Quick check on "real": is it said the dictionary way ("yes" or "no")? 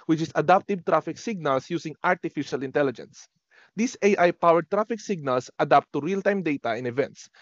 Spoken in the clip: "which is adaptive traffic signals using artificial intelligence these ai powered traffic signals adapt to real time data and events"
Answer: yes